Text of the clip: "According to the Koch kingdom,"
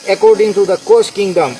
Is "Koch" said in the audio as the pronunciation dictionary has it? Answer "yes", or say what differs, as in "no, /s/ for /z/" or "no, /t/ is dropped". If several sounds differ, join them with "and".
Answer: no, /s/ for /tʃ/